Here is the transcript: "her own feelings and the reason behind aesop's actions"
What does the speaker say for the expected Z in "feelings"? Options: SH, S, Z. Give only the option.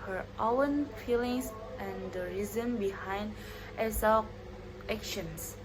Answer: S